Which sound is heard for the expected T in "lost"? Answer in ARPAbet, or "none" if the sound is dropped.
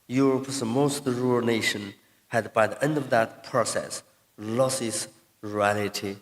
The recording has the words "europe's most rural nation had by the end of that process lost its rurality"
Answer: none